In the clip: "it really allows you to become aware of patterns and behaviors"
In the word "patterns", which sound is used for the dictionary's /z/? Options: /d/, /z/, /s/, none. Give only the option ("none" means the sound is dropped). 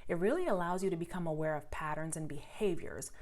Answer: /z/